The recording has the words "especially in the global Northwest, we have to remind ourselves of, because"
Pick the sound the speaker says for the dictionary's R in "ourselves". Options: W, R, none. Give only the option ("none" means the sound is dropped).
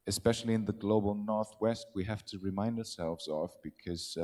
R